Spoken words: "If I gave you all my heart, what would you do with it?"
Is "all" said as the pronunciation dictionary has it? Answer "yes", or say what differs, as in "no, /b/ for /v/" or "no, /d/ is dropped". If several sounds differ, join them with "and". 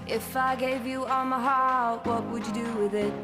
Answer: no, /n/ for /l/